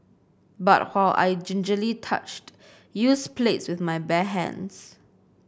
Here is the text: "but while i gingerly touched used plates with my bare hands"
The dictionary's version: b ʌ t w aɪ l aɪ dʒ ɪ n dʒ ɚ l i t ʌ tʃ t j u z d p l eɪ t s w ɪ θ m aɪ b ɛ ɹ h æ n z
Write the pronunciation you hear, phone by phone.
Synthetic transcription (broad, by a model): b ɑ t w aɪ l aɪ dʒ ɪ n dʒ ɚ l i t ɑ tʃ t j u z p l eɪ t s w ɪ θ m aɪ b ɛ h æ n s